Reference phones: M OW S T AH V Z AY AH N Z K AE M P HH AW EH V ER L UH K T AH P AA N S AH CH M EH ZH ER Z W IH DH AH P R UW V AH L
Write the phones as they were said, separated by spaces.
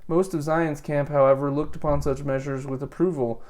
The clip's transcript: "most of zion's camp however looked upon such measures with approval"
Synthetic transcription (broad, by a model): M OW S T AH V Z AY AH N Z K AE M P HH AW EH V ER L UH K T AH P AA N S AH CH M EH ZH ER Z W IH DH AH P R UW V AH L